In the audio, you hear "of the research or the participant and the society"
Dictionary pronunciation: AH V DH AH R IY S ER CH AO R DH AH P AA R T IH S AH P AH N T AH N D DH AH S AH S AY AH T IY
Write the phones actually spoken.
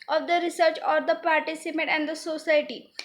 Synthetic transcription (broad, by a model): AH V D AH R IY S ER CH AO R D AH P AA R T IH S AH P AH T AH N D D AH S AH S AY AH T IY